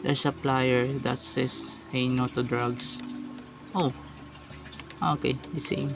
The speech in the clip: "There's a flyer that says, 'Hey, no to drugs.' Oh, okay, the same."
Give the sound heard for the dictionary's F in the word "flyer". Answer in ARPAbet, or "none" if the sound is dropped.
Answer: P